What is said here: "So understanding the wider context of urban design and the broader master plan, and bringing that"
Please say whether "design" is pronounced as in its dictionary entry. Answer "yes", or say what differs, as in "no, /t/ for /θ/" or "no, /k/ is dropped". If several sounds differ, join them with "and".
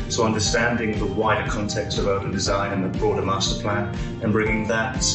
yes